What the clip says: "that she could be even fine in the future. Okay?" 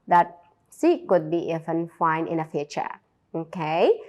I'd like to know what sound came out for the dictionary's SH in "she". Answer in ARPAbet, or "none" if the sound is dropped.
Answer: S